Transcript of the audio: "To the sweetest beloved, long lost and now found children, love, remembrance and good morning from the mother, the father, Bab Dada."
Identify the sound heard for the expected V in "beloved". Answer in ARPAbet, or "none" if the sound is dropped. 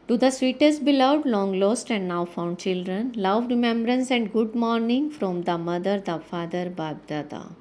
none